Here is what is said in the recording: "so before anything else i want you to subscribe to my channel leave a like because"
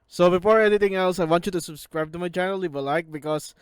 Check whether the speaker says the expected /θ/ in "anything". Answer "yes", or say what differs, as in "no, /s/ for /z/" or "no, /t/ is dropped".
no, /t/ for /θ/